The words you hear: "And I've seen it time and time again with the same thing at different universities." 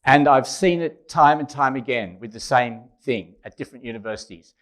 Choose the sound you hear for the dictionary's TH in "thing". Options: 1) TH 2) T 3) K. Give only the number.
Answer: 1